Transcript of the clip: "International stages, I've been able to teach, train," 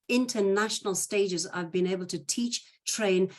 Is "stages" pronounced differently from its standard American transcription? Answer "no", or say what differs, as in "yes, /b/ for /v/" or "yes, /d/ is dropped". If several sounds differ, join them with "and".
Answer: no